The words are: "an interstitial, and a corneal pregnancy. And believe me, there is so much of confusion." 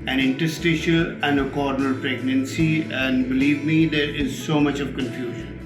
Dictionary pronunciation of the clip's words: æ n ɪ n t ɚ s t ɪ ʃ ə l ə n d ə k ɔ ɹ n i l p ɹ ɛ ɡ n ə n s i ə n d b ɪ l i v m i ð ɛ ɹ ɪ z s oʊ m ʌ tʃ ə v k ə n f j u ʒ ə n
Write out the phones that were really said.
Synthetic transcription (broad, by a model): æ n ɪ n t ɚ s t ɪ ʃ ə l ə n d ə k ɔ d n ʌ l p ɹ ɛ ɡ n ə n s i ə n d b ɪ l i v m i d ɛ ɹ ɪ z s oʊ m ʌ tʃ ə v k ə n f j u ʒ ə n